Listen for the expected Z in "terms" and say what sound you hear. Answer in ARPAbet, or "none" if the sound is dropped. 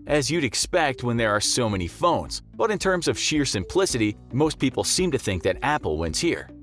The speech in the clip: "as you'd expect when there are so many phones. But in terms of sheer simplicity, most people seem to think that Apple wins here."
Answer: Z